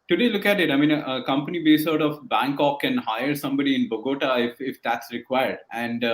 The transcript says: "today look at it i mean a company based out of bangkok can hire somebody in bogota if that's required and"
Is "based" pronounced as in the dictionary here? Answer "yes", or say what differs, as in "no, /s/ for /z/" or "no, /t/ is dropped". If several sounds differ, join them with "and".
no, /t/ is dropped